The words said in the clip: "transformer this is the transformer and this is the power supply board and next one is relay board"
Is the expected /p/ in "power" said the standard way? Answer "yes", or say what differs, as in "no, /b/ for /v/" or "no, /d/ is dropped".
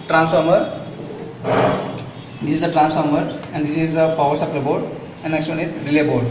yes